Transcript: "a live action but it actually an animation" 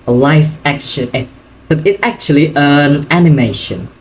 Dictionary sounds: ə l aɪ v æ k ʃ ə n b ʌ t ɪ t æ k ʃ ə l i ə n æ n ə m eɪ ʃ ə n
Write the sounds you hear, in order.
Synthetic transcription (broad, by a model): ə l aɪ f æ k ʃ ə n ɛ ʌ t ɪ t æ k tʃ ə l i ə n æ n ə m eɪ ʃ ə n